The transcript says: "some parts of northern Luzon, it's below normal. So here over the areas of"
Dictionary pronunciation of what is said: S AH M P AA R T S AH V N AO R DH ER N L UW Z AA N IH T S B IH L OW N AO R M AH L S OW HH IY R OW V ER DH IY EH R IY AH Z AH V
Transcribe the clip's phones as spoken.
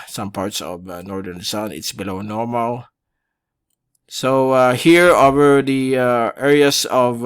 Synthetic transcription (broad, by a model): S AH M P AA R T S AH V N AO R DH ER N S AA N IH T S B IH L OW N AO R M AH L S OW HH IY R OW V ER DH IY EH R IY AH S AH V